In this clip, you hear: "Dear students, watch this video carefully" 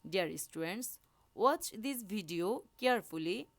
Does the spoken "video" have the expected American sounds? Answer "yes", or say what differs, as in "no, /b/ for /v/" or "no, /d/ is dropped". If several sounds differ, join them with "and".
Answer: no, /b/ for /v/